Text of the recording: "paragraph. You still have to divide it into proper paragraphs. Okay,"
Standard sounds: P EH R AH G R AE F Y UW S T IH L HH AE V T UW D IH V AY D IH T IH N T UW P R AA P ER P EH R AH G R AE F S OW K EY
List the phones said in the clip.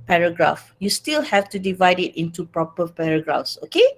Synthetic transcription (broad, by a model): P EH R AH G R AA F Y UW S T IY L HH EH F T UW D IH V AY D IH T IH N T UW P R AA P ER P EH R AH G R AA F S OW K EY